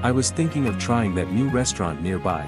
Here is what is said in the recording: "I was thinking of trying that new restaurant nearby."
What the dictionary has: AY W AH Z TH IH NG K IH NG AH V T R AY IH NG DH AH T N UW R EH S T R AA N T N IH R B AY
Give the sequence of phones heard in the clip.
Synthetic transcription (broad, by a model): AY W AH Z TH IH NG K IH NG AH V T R AY IH NG DH AH T N UW R EH S T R AA N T N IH R B AY